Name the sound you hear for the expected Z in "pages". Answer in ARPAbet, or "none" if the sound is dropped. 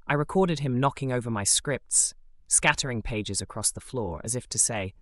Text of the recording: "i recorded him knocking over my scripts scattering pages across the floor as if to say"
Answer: Z